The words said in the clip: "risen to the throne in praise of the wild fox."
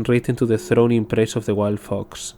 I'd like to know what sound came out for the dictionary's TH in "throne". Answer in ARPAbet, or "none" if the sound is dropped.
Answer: TH